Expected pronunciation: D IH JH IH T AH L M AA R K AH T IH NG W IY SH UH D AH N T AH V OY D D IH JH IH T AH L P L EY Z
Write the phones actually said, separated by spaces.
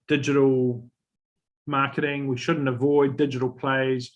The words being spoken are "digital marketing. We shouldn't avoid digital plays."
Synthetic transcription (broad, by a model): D IH JH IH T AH L M AA K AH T IH NG W IY SH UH D N T AH V OY D D IH JH IH T AH L P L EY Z